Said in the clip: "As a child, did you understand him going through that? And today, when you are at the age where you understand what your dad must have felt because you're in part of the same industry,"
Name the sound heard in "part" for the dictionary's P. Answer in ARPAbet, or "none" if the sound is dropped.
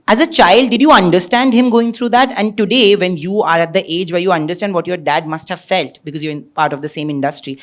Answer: P